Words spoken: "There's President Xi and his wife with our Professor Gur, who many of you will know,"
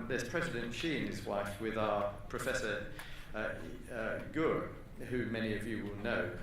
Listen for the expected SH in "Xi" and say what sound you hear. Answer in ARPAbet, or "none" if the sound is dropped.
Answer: SH